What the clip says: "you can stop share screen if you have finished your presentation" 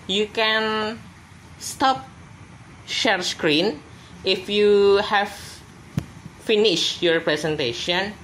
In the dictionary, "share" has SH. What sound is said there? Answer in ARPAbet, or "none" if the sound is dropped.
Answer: SH